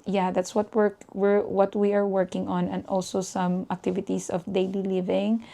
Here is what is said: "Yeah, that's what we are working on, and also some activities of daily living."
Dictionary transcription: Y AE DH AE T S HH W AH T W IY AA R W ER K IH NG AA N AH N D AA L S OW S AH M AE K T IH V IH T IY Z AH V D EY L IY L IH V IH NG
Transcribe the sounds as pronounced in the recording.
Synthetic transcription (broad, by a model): Y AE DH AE T S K W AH T W IY AA R W ER K IH NG AA N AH N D AA L S OW S AH M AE K T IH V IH T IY S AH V D EY L IY L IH V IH NG